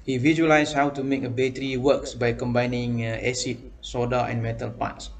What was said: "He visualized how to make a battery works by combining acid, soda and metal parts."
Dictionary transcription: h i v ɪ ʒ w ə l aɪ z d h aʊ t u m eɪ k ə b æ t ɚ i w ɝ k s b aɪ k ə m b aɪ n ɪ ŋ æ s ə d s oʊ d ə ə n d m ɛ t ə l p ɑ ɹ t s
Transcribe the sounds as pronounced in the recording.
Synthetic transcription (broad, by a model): h i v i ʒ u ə l aɪ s h aʊ t u m eɪ k ə b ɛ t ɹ i w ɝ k s b aɪ k ə m b aɪ n ɪ ŋ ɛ s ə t s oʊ d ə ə n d m ɛ t ə l p ɑ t s